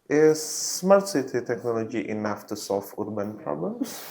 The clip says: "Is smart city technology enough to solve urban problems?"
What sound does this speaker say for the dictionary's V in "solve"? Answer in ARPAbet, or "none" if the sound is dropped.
F